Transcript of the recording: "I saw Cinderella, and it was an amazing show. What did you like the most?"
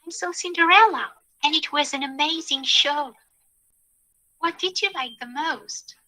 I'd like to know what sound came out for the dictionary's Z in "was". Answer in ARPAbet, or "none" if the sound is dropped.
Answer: Z